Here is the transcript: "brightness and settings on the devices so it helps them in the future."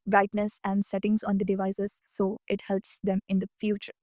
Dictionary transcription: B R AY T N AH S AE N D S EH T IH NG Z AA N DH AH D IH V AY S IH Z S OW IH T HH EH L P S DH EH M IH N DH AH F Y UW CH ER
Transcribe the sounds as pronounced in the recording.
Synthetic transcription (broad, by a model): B R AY T N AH S AE N D S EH T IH NG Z AA N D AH D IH V AY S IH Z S OW IH T HH EH L P S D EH M IH N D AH F Y UW CH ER